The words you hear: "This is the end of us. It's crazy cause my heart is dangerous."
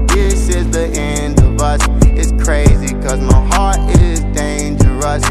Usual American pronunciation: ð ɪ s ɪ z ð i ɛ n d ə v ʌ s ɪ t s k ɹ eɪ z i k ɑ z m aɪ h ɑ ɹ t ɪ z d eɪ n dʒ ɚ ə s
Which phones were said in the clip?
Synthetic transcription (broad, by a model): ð ɪ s ɪ z ð i ɛ n d ə v ʌ s ɪ t s k ɹ eɪ z i k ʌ z m aɪ h ɑ ɹ t ɪ z d eɪ n dʒ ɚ ə s